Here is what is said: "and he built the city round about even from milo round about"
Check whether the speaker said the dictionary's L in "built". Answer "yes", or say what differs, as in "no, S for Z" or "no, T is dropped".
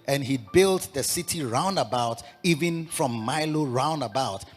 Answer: yes